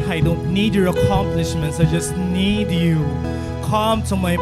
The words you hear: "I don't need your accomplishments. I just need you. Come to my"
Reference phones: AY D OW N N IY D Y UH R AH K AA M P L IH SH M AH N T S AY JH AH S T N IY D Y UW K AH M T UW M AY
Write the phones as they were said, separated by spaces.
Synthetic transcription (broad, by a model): AY D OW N N IY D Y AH R AH K AA M P L IH SH M AH N T S AY JH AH S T N IY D Y UW K AH M T UW M AY